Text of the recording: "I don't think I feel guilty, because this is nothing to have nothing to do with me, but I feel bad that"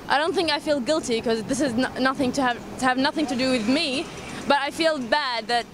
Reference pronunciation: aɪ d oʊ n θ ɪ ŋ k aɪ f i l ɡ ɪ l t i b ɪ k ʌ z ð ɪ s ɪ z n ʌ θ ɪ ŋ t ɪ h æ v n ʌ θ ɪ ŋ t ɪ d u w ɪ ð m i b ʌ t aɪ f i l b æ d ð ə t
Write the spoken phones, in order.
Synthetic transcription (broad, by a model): aɪ d oʊ n θ ɪ ŋ k aɪ f i l ɡ ɪ l t i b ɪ k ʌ z ð ɪ s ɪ z n ʌ θ ɪ ŋ t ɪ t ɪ v n ʌ θ ɪ ŋ t ɪ d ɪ w ɪ ð m i b ʌ t aɪ f i l b æ d ð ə t